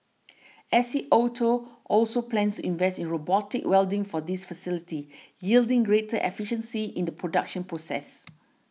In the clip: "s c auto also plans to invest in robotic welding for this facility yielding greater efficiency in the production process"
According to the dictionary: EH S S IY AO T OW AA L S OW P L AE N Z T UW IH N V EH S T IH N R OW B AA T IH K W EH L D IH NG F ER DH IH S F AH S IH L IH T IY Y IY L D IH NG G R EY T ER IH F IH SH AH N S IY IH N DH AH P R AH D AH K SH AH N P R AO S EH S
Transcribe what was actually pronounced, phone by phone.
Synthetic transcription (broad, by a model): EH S S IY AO T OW AA L S OW P L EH N S T UW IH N V EH S T IH N R OW B AA T IH K W EH L D IH NG F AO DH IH S F AH S IH L IH T IY Y IY L D IH NG G R EY T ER IH F IH SH AH N S IY IH N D AH P R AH D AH K SH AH N P R AO S EH S